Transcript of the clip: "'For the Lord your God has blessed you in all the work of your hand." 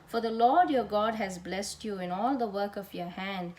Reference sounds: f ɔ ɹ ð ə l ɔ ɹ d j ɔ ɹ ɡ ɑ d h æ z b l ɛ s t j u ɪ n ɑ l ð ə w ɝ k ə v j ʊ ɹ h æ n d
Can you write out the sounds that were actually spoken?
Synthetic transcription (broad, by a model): f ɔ ɹ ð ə l ɔ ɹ d j ɔ ɹ ɡ ɑ d h æ z b l ɛ s t j u ɪ n ɑ l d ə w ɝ k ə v j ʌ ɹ h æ n d